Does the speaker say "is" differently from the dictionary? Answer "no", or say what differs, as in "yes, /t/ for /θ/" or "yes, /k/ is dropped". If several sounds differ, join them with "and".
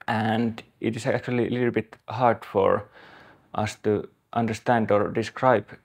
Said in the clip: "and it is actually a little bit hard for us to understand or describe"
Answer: yes, /s/ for /z/